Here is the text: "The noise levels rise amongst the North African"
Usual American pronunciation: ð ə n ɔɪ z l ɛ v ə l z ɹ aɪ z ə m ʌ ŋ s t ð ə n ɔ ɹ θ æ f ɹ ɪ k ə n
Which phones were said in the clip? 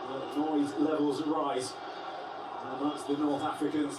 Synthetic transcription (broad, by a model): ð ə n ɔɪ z l ɛ v ə l z ɹ aɪ z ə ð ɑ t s ð ə n ɔ ɹ θ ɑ f ɹ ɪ k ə n